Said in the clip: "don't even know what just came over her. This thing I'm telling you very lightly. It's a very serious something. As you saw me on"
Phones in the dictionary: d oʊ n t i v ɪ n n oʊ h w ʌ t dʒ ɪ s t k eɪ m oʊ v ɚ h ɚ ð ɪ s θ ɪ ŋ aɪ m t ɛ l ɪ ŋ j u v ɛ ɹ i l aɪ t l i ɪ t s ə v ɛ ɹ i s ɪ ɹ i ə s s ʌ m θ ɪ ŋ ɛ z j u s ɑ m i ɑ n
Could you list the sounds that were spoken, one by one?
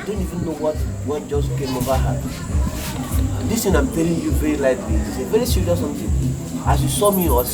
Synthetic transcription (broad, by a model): d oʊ n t i v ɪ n n oʊ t w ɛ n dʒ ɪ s k eɪ m oʊ v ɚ h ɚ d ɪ s t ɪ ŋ aɪ m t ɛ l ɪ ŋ j u v ɛ ɹ i l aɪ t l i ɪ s ə v ɛ ɹ i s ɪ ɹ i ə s s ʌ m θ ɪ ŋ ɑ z j u s ɑ m i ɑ